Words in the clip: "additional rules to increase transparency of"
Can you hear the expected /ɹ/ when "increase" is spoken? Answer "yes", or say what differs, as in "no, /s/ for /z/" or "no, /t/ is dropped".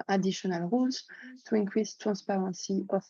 no, /w/ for /ɹ/